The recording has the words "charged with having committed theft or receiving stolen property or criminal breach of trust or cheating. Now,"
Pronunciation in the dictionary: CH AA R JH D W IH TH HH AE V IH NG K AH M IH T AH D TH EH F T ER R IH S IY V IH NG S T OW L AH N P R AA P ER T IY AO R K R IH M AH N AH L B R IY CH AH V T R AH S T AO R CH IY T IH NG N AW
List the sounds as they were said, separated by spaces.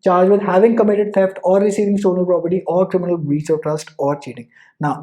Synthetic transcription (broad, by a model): CH AA R JH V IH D HH AE V IH NG K AH M IH T AH D F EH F T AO R IH S IY V IH NG S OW N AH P R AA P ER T IY AO R K R IH M AH N AH L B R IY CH AH V T R AH S T AO R CH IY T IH NG N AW